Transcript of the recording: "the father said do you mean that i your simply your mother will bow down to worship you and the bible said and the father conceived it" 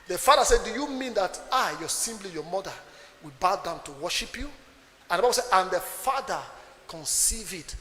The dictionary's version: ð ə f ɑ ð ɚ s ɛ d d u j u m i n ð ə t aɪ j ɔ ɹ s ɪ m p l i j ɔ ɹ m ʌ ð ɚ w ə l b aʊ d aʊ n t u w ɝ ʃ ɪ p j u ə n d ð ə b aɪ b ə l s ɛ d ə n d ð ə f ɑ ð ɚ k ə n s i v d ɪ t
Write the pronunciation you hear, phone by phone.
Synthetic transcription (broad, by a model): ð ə f ɑ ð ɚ s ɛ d d u j u m i n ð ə t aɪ j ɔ s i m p l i j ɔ m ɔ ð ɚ w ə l b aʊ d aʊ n t u w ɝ ʃ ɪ p j u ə n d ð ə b aɪ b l s ɛ d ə n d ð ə f ɑ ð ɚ k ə n s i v ɪ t